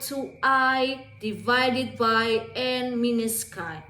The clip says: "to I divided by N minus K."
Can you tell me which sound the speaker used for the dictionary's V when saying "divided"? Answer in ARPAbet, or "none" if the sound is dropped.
V